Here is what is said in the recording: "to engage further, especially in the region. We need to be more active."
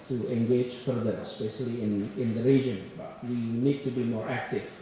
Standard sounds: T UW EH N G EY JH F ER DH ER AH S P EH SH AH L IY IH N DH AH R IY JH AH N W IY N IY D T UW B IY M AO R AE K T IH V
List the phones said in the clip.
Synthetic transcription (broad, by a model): T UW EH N G EY JH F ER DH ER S B EH S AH L IY IH N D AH R IY JH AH N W IY N IY D T UW B IY M AO R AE K T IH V